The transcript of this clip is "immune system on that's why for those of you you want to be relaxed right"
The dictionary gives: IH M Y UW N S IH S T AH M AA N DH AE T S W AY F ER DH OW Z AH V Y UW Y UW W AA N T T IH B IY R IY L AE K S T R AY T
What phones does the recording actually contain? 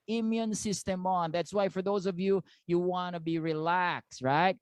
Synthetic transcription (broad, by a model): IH M Y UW N S IH S T AH M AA N DH AE T S W AY F ER DH OW Z AH V Y UW Y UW W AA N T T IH B IY R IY L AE K S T R AY T